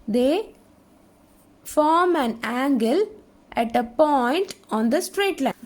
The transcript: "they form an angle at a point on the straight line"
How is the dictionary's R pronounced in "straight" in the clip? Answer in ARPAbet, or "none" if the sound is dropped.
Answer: R